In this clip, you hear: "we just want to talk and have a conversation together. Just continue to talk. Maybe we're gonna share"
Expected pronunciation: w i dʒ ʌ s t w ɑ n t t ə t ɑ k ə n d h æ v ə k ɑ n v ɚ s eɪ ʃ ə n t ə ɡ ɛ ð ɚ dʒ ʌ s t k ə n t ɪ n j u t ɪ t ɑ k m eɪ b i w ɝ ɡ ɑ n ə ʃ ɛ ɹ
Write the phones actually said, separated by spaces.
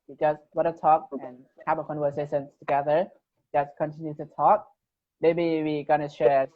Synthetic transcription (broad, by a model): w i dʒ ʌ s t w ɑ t t ə t ɑ k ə n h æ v ə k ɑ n w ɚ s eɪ s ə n t ə ɡ ɛ ð ɚ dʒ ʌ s k ə n t ɪ n j u t ɪ t ɑ k m eɪ b i w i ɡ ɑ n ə ʃ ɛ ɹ